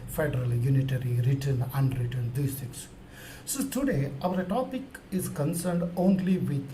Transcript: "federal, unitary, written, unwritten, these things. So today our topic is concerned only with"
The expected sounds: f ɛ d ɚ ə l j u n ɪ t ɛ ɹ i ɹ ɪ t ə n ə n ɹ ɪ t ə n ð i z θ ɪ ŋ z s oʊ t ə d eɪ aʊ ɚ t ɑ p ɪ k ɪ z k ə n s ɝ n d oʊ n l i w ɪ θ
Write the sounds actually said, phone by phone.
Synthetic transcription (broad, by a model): f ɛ d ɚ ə l j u n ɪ t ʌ ɹ i ɹ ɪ t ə n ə n ɹ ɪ t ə n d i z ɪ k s s oʊ t ə d eɪ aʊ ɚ t ɑ p ɪ k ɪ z k ə n s ɝ n d oʊ n l i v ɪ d